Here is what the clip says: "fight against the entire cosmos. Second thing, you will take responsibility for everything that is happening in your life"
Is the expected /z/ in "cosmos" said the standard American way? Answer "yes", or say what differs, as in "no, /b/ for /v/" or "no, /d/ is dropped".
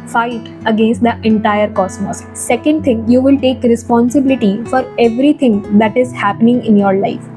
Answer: no, /s/ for /z/